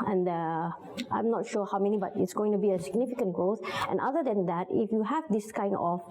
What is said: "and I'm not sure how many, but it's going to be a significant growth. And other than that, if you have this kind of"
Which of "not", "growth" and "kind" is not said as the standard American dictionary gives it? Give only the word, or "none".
growth